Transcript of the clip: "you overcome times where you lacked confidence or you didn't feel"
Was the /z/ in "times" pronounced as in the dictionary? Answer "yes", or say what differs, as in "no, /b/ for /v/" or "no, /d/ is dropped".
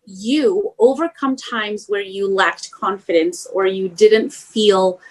yes